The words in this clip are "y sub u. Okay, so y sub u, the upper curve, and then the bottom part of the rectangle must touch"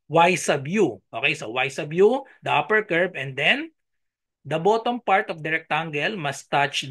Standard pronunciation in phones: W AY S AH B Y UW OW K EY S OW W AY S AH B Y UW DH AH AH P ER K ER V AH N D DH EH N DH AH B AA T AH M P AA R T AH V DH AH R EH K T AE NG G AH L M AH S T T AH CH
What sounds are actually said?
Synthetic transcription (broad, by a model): W AY S AH B Y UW OW K EY S OW W AY S AH B Y UW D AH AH P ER K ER B AH N D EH N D AH B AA T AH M P AA R T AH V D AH R EH K T AE NG G AH L M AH S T T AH CH